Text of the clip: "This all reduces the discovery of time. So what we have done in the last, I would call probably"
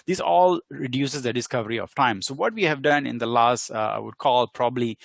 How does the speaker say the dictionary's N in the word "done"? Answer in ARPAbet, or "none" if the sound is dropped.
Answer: N